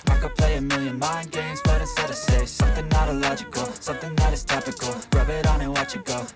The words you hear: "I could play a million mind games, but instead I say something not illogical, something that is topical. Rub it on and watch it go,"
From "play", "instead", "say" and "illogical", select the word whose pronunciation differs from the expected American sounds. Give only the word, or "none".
instead